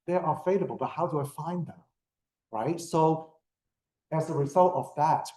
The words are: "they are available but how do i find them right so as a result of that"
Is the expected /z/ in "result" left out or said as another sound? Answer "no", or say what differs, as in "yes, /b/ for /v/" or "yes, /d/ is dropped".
no